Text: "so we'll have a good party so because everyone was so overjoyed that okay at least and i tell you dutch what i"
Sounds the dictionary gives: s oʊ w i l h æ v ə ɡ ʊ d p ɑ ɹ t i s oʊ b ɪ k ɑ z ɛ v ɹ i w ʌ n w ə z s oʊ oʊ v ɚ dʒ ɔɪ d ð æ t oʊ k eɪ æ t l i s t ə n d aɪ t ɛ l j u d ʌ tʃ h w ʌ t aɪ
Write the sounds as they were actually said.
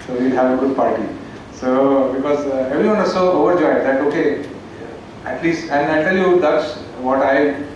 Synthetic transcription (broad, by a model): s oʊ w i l h æ v ə ɡ ʊ d p ɑ ɹ t i s oʊ b ɪ k ɑ z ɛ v ɹ i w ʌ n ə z s oʊ oʊ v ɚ dʒ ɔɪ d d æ t oʊ k eɪ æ t l i s t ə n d aɪ t ɛ l j u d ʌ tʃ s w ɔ t aɪ